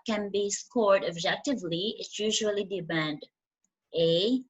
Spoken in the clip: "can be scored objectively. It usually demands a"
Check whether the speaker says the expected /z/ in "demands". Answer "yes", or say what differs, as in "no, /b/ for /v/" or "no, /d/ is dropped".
no, /z/ is dropped